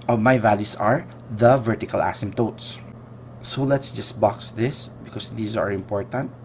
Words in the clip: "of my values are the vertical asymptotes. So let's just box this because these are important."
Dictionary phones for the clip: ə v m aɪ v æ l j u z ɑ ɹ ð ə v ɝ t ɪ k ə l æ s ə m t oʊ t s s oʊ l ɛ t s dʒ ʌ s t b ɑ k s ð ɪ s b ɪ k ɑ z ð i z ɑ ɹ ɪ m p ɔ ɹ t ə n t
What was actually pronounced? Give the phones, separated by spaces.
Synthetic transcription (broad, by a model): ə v m aɪ v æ l j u s ɑ ɹ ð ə v ɝ t ɪ k ə l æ s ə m t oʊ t s s oʊ l ɛ t s dʒ ʌ s t b ɑ k s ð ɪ s b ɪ k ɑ s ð i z ɑ ɹ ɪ m p ɔ ɹ t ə n t